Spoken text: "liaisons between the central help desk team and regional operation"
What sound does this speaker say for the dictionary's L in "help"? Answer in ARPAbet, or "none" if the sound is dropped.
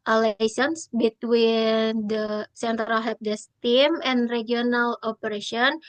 none